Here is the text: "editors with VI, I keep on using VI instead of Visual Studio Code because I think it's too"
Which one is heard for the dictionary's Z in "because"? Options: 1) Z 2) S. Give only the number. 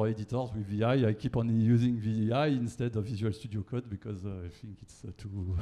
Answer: 1